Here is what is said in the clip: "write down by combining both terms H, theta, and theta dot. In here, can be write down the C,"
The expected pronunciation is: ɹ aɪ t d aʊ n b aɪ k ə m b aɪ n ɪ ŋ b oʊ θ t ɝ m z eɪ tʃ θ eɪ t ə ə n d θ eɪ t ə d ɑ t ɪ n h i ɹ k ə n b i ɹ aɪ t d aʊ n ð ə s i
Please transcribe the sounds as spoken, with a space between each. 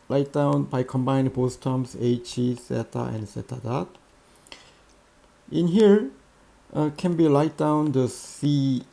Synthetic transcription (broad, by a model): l aɪ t d aʊ n b aɪ k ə m b aɪ ɪ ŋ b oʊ s t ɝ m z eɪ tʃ s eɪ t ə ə n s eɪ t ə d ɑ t ɪ n h i ɹ k ə n b i l aɪ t d aʊ n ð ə s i